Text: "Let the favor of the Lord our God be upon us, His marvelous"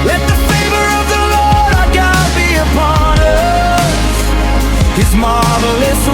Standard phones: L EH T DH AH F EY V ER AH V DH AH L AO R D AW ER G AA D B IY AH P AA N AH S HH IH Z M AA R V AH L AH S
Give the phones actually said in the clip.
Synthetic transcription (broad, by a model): L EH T DH AH F EY V ER AH V DH AH L AO R D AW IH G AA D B IY AH P AA N AH S HH IH Z M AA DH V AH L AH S